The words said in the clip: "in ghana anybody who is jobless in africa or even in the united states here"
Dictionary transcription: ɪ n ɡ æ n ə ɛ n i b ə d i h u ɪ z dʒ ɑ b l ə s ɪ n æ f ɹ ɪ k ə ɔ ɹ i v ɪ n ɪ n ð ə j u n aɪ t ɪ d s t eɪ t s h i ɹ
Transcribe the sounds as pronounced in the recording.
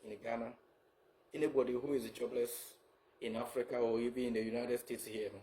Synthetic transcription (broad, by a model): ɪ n ɡ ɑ n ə ɛ n i b ə d i h u ɪ z dʒ ɑ b l ə s ɪ n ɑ f ɹ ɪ k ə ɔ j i b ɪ ɪ n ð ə j u n aɪ t ɪ d s t eɪ t s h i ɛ